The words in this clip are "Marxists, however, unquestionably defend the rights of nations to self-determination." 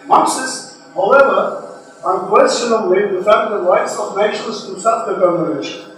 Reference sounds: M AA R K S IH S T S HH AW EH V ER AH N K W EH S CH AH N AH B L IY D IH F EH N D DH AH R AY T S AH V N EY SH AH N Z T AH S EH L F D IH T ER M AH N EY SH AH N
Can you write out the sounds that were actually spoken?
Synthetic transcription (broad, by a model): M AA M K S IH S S HH AW EH V ER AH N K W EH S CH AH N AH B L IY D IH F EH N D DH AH R AY T S AH V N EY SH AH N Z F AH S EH F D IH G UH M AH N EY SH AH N